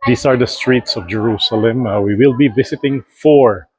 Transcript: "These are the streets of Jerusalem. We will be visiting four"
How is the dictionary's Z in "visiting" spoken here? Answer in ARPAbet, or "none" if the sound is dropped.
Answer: S